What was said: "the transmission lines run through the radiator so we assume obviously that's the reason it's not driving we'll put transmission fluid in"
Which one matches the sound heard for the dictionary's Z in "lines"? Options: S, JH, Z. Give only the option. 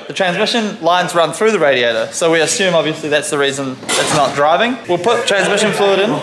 Z